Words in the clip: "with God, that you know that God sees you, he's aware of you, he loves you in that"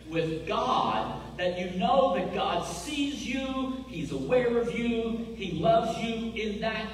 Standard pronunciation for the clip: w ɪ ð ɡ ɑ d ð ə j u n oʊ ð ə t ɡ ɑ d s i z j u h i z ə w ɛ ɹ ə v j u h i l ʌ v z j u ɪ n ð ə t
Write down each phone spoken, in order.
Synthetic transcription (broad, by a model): w ɪ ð ɡ ɑ d ð ə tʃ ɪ n oʊ ð ə t ɡ ɑ d s i z j u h i z ə w ɛ ɹ ə v j u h i l ʌ v z j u ɪ n ð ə t